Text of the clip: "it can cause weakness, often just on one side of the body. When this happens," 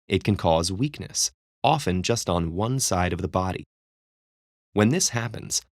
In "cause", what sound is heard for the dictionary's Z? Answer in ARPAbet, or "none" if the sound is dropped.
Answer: Z